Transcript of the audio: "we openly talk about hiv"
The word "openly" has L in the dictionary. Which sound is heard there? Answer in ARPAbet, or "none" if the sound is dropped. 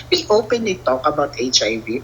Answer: none